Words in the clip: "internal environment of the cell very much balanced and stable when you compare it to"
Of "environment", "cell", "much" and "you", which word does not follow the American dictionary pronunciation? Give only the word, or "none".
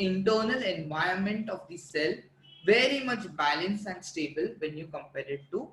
environment